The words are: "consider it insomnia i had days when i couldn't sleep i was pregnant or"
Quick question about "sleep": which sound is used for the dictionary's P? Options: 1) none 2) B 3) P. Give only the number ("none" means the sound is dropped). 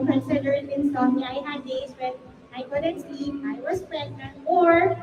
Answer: 1